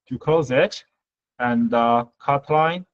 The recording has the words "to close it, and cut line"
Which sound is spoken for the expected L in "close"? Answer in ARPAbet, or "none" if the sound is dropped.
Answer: none